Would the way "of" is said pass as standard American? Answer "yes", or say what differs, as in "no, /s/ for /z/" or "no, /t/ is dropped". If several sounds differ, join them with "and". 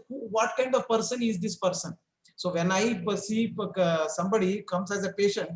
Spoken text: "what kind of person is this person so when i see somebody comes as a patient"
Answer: yes